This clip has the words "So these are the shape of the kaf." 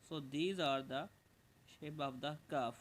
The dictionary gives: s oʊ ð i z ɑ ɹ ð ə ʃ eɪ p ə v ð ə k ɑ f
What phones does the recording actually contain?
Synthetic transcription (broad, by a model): s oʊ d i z ɑ ɹ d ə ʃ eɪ b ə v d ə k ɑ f